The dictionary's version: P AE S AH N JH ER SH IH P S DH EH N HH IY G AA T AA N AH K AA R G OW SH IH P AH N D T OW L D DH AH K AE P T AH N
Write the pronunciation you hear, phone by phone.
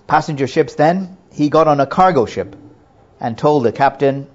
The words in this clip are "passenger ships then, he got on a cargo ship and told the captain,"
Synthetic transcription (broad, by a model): P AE S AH N JH ER SH IH P S DH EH N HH IY G AA T N AH K AA R G OW SH IH P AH N T OW L D DH AH K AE P T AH N